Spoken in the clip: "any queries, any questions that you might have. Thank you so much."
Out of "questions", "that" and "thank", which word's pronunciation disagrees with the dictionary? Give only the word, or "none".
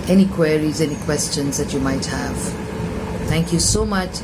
none